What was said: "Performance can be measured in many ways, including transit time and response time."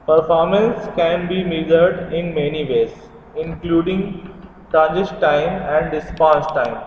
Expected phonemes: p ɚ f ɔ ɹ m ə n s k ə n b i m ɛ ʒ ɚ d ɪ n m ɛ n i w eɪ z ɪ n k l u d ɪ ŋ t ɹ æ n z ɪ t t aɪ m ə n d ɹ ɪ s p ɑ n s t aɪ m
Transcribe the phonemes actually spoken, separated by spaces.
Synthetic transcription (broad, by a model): p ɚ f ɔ ɹ m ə n s k ə n b i m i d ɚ d ɪ n m ɛ n i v eɪ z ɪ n k l u d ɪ ŋ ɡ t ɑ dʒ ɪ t t aɪ m ə n d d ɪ s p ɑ s t aɪ m